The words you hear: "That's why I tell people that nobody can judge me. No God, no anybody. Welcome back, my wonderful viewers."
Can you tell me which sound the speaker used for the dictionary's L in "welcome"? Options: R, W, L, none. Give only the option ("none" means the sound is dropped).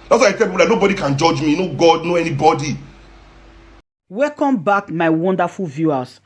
none